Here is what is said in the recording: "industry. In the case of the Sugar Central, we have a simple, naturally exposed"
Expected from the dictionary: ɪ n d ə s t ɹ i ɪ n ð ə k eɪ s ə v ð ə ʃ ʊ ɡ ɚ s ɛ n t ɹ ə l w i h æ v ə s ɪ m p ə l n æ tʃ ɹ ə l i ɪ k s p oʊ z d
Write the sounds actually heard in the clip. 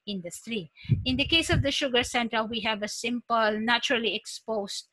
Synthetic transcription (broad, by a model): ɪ n d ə s t ɹ i ɪ n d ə k eɪ s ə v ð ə ʃ ʊ ɡ ɚ s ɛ n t ə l w i h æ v ə s ɪ m p ə l n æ tʃ ɹ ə l i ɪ k s p oʊ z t